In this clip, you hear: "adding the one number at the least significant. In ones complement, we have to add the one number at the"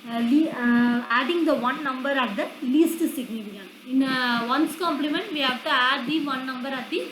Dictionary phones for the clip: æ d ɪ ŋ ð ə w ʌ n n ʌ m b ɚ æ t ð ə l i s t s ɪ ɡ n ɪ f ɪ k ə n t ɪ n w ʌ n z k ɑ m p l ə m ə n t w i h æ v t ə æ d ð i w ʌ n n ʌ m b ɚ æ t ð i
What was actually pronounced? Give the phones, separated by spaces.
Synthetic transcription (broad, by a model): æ d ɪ ŋ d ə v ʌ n n ʌ m b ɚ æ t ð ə l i s t s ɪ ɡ n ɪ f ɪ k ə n ɪ n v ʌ n s k ɑ m p l ə m ə n t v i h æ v t ə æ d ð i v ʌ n n ʌ m b ɚ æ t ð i